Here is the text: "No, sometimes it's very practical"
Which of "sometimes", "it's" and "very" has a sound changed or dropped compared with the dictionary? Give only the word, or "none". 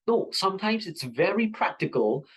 none